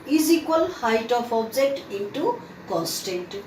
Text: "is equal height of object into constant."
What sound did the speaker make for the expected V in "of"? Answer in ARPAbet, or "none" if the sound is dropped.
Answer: P